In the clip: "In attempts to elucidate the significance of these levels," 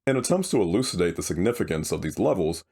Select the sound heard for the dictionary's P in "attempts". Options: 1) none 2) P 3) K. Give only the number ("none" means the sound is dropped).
2